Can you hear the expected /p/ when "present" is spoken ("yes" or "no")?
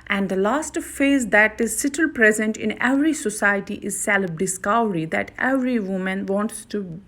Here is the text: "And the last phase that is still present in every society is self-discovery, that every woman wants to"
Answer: yes